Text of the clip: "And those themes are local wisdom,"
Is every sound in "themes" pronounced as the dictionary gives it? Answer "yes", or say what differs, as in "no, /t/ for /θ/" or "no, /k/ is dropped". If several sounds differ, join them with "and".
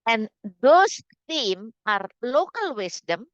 no, /z/ is dropped